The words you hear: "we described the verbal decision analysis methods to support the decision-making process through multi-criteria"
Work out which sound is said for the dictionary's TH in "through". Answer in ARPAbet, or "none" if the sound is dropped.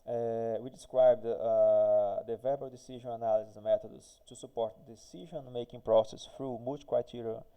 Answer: F